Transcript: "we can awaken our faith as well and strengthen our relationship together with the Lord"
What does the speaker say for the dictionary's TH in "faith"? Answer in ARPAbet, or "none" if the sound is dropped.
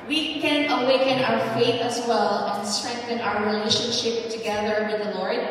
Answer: TH